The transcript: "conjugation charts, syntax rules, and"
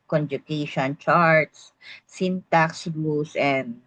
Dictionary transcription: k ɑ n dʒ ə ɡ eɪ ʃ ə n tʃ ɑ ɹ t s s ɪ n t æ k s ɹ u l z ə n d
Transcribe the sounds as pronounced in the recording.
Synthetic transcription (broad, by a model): k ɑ n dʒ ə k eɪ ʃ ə n tʃ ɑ ɹ t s s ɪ n t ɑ k s l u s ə n d